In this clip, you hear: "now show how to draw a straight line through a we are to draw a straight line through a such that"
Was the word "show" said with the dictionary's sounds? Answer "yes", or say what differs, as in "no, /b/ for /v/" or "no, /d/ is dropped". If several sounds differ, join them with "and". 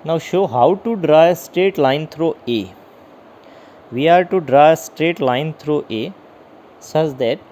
yes